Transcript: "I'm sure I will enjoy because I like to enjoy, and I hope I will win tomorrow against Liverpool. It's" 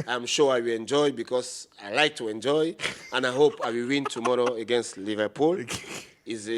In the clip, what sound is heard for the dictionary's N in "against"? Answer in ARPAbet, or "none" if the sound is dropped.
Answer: N